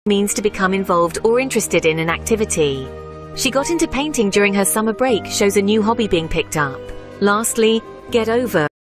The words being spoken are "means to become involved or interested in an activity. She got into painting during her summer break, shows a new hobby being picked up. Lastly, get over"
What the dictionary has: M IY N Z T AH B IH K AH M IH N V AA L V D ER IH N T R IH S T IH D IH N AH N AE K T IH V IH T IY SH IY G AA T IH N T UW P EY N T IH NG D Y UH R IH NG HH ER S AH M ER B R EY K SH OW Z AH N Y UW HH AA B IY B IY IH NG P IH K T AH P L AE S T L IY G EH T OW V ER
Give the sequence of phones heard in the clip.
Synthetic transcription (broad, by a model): M IY N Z T AH B IH K AH M IH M V AA L V D ER IH N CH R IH S T IH D IH N AH N AE K T IH V IH T IY SH IY G AA T IH N T UW P EY N T IH NG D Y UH R IH NG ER S AH M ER B R EY K SH OW Z AH N Y UW HH AA B IY B IY IH NG P IH K T AH P L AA S T L IY G EH T OW V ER